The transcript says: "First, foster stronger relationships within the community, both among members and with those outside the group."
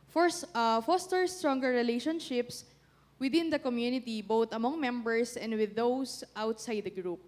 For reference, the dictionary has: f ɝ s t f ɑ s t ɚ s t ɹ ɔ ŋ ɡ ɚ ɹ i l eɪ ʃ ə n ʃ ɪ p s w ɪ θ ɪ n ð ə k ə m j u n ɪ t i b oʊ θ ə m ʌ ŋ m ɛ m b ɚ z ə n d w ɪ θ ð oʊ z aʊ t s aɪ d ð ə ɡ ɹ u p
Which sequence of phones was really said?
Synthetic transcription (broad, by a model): f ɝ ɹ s f ɑ s t ɚ s t ɹ ɔ ŋ ɡ ɚ ɹ i l eɪ ʃ ə n ʃ ɪ p s w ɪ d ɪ n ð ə k ə m j u n ɪ t i b oʊ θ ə m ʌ ŋ m ɛ m b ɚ s ə n d w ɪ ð oʊ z aʊ t s aɪ d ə ɡ ɹ u p